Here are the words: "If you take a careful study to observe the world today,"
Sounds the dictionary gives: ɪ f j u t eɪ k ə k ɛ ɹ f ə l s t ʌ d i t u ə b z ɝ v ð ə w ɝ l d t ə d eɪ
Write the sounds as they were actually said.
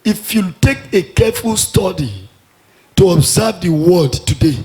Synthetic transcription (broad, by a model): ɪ f j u t eɪ k ə k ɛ f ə l s t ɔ d i t u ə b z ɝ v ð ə w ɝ d t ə d eɪ